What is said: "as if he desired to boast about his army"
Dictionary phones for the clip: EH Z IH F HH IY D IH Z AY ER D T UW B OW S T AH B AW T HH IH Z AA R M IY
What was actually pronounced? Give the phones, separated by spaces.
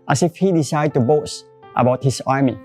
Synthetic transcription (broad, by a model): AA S IH F HH IY D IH S AY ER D T UW B OW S T AH B AW T HH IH S AA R M IY